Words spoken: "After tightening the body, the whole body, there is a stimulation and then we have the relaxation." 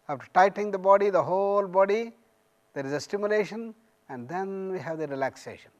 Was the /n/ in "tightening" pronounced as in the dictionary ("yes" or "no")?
no